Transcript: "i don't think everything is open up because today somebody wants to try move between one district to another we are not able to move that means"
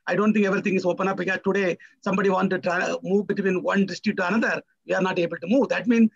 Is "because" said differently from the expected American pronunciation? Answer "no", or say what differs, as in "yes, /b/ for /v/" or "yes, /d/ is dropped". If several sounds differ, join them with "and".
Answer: yes, /z/ is dropped